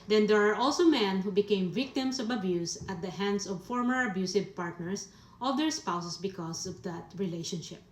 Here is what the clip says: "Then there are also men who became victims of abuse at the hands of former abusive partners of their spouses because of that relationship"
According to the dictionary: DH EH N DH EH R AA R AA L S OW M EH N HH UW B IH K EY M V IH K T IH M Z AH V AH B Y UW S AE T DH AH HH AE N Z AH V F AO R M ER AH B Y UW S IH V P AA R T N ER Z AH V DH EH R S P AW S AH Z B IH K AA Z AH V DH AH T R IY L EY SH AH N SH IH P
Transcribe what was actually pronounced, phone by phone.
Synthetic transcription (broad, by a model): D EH N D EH R AA R AA L S OW M EH N HH UW B IH K EY M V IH K T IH M S AH V AH B Y UW S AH T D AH HH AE N S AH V F AO R M ER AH B Y UW S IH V P AA R T N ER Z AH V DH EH R S P AW S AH S B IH K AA S AH V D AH T R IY L EY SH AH N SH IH P